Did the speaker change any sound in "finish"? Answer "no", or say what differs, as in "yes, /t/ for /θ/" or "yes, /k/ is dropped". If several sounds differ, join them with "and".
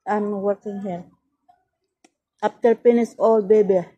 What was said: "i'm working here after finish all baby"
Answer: yes, /p/ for /f/ and /s/ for /ʃ/